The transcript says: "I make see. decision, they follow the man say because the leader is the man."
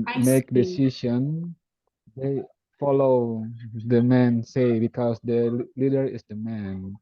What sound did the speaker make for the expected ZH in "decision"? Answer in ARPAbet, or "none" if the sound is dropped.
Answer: SH